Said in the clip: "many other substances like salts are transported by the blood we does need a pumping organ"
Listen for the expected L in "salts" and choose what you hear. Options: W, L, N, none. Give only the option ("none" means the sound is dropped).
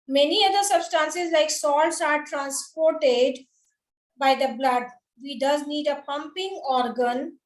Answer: L